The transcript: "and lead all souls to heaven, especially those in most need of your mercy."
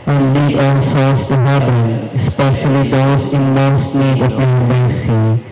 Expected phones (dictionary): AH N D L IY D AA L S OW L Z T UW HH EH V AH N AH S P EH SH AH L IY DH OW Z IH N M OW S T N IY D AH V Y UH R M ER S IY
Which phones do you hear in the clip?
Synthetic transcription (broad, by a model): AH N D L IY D AA L S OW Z T UW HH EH B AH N AH S P EH SH AH L IY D OW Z IH N M OW S T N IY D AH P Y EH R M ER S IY